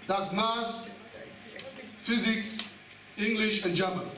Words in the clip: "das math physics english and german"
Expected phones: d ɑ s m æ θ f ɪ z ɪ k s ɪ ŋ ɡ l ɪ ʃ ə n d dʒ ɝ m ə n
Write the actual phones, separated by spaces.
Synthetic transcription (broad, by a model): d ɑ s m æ s f ɪ z ɪ k s ɪ ŋ ɡ l ɪ ʃ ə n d dʒ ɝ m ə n